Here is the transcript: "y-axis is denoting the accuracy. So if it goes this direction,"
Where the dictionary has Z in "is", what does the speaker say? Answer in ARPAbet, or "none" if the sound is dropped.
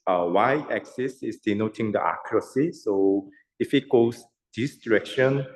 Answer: S